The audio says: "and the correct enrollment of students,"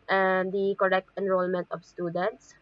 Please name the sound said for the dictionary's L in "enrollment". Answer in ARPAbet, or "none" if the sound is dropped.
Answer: L